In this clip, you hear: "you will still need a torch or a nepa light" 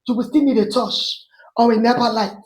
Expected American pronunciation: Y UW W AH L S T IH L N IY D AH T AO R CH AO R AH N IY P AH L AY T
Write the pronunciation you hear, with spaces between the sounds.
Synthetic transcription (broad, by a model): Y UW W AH S T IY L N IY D AH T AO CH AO W AH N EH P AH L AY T